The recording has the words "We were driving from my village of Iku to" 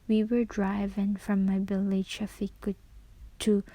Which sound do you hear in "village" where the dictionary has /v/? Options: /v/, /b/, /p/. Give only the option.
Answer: /b/